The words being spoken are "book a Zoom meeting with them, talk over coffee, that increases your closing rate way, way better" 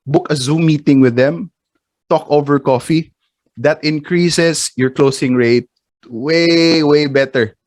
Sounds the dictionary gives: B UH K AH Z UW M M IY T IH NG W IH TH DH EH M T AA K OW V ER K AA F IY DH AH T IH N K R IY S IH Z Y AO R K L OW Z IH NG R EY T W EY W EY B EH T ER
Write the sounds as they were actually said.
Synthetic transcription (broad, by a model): B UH K AH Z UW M M IY T IH NG W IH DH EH M T AA K OW V ER K AA F IY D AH T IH N K R IY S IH S Y AO R K L OW S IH NG R EY T W EY W EY B EH T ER